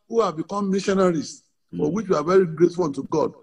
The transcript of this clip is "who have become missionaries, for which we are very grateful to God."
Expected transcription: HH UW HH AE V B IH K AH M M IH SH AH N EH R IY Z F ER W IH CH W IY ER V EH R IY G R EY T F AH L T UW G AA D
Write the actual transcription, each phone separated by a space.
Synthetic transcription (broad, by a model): HH UW HH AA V B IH K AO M M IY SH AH N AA R IY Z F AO W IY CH W IY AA V EH R IY G R EY T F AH N T UW G AA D